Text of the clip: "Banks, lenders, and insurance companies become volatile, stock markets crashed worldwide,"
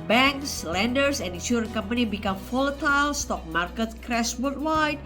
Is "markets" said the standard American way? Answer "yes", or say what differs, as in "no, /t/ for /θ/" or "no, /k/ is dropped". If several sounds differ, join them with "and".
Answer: no, /s/ is dropped